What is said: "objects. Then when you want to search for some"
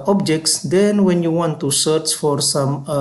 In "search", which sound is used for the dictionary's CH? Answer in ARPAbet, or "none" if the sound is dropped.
CH